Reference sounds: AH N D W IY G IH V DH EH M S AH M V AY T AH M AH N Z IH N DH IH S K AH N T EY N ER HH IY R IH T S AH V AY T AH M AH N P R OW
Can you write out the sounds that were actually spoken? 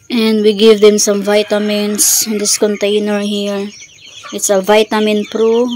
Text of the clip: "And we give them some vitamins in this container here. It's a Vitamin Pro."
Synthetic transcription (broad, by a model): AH N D W IY G IH V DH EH M S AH M V AY T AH M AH N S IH N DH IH S K AH N T EY N ER HH IY R IH T S AH V AY T AH M AH N P R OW